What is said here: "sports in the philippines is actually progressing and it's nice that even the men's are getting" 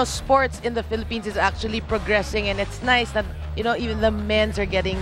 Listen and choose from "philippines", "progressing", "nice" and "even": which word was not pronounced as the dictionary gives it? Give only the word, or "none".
philippines